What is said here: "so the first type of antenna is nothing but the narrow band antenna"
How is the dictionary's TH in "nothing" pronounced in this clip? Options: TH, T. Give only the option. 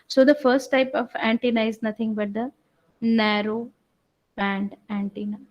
T